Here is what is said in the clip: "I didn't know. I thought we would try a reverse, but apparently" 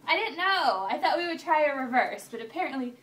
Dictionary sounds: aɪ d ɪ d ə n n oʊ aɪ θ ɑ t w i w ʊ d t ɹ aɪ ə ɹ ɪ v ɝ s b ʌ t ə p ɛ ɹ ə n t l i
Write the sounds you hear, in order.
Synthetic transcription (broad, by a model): aɪ d ɪ d n n oʊ aɪ θ ɑ t w i w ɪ d t ɹ aɪ ə ɹ ɪ v ɝ s b ʌ t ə p ɛ ɹ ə n t l i